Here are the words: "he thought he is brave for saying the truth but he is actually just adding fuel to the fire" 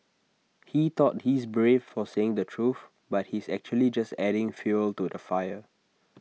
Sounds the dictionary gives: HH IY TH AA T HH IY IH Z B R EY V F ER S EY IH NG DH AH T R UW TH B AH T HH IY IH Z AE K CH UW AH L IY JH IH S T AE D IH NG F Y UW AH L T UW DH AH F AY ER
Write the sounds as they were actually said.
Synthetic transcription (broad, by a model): HH IY T AA T HH IY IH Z B R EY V F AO S EY IH NG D AH T R UW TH B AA T HH IY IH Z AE K CH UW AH L IY JH IH S T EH D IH NG F Y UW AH L T UW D AH F AY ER